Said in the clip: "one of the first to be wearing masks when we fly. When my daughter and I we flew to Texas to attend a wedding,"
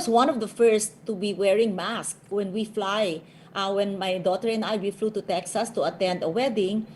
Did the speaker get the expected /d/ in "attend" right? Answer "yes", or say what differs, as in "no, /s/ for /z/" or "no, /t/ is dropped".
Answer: yes